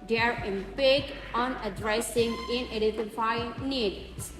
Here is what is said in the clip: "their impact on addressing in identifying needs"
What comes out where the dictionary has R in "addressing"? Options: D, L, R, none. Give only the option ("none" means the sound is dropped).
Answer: R